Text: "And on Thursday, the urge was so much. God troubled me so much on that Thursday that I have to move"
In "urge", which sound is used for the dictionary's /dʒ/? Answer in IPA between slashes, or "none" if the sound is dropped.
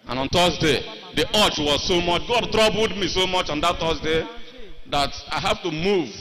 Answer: /tʃ/